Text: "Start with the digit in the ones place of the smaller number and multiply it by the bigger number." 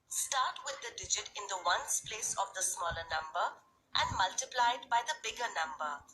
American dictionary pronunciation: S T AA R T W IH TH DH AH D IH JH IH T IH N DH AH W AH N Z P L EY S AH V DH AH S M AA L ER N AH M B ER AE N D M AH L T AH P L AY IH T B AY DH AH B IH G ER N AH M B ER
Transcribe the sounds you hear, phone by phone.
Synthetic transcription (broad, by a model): S T AA R T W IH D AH D IH JH IH T IH N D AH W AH N S P L EY S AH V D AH S M AA L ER N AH M B ER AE N D M AH L T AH P L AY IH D B AY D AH B IH G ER N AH M B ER